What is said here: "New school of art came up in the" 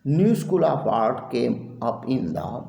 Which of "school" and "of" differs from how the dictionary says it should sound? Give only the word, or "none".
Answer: of